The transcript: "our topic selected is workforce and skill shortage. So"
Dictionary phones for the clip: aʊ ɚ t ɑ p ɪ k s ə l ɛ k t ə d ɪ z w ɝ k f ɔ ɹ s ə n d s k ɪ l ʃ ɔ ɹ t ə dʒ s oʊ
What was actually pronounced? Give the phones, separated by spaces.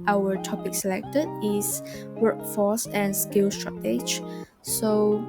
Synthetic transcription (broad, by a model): aʊ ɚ t ɑ p ɪ k s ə l ɛ k t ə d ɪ s w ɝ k f ɔ s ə n s k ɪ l s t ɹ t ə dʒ s oʊ